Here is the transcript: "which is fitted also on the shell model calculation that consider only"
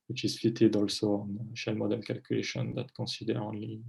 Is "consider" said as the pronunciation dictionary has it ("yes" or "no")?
no